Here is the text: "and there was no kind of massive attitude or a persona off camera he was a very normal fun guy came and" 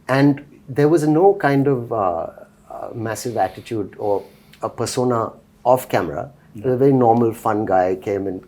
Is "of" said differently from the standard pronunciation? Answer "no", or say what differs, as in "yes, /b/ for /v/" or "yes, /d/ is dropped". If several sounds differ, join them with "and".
no